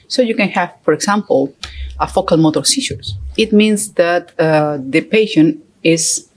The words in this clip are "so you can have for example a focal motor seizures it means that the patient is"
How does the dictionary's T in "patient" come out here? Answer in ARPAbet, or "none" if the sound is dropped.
none